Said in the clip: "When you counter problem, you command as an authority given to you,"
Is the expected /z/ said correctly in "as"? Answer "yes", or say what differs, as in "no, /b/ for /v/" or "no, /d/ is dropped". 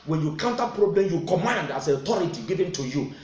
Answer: no, /s/ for /z/